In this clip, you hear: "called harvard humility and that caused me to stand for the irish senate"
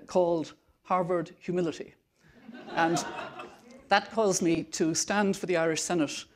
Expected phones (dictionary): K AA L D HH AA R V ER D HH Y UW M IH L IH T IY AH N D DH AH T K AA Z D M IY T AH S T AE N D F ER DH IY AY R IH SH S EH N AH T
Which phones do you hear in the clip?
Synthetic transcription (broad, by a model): K AA L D HH AA R V ER D HH Y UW M IH L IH T IY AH N DH AH T K AA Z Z M IY T AH S T AE N D F ER DH IY AY R IH SH S EH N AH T